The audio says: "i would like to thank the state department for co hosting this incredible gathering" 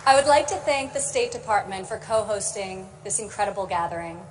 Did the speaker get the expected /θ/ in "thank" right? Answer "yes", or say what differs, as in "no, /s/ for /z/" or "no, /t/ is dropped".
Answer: yes